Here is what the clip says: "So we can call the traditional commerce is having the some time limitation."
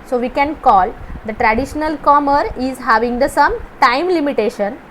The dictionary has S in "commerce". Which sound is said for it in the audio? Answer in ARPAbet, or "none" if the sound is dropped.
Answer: none